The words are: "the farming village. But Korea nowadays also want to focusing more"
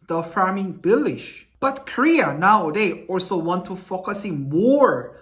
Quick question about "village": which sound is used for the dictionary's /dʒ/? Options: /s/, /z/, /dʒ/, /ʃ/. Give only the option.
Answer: /ʃ/